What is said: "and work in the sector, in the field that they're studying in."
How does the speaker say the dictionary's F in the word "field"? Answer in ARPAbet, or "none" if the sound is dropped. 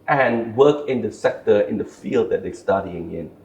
F